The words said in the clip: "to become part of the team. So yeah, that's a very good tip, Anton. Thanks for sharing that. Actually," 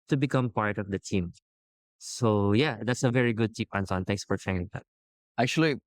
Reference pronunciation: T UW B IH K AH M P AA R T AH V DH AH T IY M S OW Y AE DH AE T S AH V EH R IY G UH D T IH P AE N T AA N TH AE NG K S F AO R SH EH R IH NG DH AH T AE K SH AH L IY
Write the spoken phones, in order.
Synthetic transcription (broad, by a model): T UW B IH K AH M P AA R T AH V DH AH T IY M S OW Y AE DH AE T S AH V EH R IY G UH D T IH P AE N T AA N T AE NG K S F AO R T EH IH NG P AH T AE K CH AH L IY